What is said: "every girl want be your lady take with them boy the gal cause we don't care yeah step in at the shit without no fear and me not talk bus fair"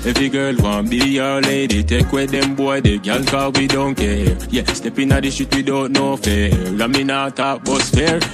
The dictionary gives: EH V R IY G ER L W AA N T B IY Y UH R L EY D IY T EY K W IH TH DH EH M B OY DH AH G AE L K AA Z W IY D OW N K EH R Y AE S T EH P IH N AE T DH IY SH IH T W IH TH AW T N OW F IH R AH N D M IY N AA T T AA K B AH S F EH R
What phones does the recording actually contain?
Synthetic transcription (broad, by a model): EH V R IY G ER L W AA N B IY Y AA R L EY D IY T EY K W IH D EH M B OY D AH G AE L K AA W IY D OW N K EH R Y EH S T EH P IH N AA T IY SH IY T W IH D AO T N OW F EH L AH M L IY N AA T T AA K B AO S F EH R